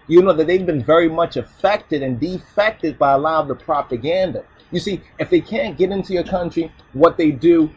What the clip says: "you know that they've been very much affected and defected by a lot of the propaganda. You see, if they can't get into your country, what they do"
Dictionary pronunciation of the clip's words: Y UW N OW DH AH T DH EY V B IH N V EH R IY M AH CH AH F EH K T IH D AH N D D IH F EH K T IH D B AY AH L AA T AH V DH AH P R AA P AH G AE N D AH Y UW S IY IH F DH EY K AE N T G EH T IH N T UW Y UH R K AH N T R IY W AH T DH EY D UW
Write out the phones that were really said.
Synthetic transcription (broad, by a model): Y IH N OW DH AH T DH EY V B IH N V EH R IY M AH CH AH F EH K T IH D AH N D D IH F EH K T IH D B AY AH L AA AH V DH AH P R AA P AH G AE N D AH Y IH S IY IH F DH EY K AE N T G EH T IH N T UW Y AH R K AH N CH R IY W AH T DH EY D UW